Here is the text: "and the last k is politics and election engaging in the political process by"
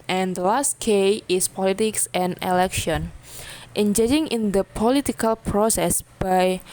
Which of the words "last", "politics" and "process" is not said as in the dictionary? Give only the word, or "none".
none